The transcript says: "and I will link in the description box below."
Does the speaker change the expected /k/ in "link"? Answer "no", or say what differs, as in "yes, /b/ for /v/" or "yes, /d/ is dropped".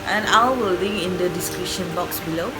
yes, /k/ is dropped